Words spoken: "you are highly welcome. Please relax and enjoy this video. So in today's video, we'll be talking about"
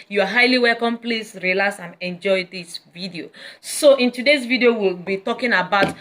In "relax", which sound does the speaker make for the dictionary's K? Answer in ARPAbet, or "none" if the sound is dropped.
none